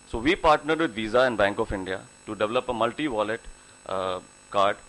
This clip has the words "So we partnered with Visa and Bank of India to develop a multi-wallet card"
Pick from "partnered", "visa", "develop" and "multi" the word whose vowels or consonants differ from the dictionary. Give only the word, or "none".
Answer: none